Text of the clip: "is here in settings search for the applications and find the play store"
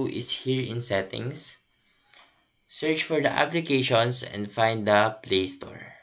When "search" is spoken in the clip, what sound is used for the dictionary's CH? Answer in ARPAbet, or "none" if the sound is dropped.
CH